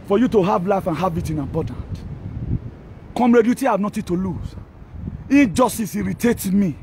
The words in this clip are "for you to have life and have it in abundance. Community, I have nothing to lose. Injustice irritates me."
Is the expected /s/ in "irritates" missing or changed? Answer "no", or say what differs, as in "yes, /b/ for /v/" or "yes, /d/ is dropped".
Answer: yes, /s/ is dropped